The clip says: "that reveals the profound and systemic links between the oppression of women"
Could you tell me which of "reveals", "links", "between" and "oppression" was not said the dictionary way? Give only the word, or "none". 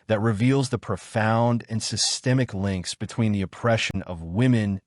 none